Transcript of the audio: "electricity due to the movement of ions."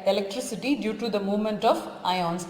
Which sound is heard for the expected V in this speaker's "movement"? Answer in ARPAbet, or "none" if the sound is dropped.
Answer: V